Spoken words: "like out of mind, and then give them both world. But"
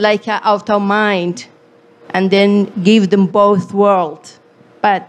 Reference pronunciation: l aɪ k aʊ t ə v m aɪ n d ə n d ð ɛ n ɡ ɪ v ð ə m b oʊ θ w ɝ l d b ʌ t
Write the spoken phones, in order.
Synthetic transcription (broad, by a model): l aɪ k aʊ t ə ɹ m aɪ n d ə n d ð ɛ n ɡ ɪ v ð ə m b oʊ θ w ɝ l d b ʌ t